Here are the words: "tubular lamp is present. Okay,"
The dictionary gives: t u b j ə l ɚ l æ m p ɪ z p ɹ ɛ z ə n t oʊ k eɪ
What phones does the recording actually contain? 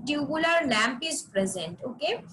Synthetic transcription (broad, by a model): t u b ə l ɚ l æ m p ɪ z p ɹ ɛ z ə n t oʊ k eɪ